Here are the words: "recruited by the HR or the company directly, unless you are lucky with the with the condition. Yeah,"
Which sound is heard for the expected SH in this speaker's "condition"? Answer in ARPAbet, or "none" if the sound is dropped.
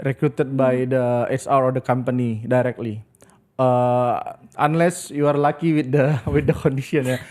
S